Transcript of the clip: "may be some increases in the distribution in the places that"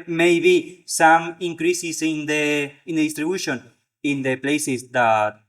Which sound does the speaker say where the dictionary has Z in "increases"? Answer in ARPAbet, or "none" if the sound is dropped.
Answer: S